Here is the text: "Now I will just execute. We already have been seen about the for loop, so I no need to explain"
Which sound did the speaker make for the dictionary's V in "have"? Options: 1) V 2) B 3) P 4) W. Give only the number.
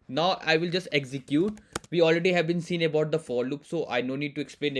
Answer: 1